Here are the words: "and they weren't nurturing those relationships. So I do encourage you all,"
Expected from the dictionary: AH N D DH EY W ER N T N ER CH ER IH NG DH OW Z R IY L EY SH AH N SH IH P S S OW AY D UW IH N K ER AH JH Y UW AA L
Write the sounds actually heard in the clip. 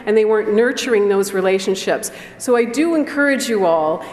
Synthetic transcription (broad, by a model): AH N DH EY W ER N N ER CH ER IH NG DH OW Z R IY L EY SH AH N SH IH P S S OW AY D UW IH N K ER AH JH Y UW AA L